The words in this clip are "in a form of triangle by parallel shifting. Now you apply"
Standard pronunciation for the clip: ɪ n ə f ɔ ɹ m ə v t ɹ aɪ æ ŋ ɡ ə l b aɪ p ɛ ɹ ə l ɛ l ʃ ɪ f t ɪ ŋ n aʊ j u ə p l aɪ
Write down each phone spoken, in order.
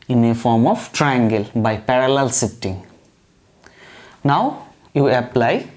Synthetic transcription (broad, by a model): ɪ n ə f ɔ ɹ m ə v t ɹ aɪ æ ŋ ɡ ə l b aɪ p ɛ ɹ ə l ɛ l s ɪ t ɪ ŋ n aʊ j u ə p l aɪ